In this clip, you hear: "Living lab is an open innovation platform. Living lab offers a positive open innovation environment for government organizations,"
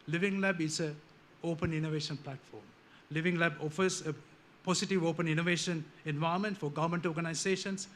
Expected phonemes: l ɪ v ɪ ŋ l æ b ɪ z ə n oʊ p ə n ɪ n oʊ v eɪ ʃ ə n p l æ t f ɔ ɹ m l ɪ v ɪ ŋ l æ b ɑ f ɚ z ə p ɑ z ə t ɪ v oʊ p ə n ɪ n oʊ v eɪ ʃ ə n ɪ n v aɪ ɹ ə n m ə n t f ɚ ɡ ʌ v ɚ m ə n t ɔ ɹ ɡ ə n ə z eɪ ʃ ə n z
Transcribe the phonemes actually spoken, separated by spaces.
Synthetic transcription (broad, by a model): l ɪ v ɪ ŋ l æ b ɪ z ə oʊ p ə n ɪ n oʊ v eɪ ʃ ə n p l æ t f ɔ ɹ m l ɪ v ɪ ŋ l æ b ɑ f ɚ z ə p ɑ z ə t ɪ v oʊ p ə n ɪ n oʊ v eɪ ʃ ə n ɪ n v aɪ ə m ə n t f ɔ ɡ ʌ v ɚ m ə n t ɔ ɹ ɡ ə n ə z eɪ ʃ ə n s